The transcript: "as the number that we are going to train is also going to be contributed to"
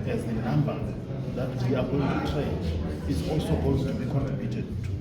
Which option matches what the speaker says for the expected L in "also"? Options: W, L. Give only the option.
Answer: L